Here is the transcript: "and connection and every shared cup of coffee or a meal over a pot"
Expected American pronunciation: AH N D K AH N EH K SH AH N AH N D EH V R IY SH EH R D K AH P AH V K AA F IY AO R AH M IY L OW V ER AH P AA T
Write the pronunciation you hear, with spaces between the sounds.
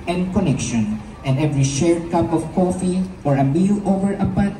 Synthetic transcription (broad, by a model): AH N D K AH N EH K SH AH N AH N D EH V R IY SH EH R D K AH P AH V K AA F IY AO R AH M IY L OW V ER AH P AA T